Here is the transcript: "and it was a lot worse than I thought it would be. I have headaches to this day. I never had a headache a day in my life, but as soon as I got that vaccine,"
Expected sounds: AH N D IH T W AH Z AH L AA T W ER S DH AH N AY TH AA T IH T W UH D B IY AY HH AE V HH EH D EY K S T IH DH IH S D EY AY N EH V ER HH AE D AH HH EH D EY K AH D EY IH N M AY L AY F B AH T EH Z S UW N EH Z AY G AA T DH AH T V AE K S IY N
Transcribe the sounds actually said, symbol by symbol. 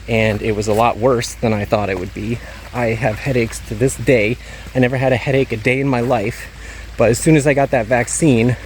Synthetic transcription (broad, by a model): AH N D IH T W AH Z AH L AA T W ER S DH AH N AY TH AA T IH T W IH D B IY AY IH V HH EH D EY K S T IH DH IH S D EY AY N EH V ER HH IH D AH HH EH D EY K AH D EY IH N M AY L AY F B AH T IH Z S UW N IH Z AY G AA T DH AH T V AE K S IY N